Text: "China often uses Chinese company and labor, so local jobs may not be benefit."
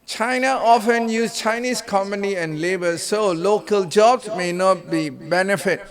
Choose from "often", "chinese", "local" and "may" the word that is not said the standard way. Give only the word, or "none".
chinese